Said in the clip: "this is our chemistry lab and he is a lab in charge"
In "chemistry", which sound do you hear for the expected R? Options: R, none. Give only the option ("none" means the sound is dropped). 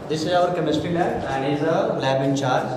none